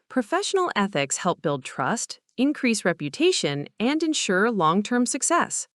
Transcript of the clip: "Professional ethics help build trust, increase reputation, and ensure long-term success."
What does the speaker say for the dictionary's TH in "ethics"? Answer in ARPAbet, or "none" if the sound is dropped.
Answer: TH